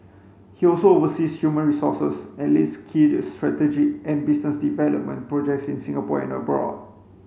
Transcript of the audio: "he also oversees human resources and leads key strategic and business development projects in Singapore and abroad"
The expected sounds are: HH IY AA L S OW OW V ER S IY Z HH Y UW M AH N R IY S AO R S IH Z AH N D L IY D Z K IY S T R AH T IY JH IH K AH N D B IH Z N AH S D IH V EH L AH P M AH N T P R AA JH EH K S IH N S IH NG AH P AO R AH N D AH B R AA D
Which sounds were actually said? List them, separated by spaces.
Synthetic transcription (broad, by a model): HH IY AA L S OW OW V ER S IY S HH Y UW M AH N R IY S AO S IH S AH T L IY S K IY S T R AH T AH JH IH AH N B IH S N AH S D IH V EH L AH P M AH N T P R AA JH EH K S IH N S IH NG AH P AO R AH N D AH B R AA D